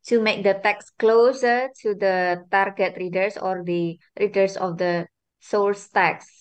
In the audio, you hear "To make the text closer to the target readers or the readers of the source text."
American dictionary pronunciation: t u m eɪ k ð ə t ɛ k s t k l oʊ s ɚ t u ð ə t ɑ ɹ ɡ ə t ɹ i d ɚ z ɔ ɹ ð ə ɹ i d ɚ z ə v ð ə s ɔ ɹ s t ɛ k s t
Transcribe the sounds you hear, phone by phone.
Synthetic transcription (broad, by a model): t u m eɪ k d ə t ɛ k s k l oʊ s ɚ t u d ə t ɑ ɹ ɡ ə t ɹ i d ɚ s ɔ ɹ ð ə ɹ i d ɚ s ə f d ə s ɔ l s t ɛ k s